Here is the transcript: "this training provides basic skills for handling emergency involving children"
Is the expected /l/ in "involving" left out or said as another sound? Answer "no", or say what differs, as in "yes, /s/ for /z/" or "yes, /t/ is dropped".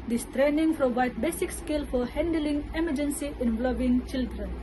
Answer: yes, /l/ is dropped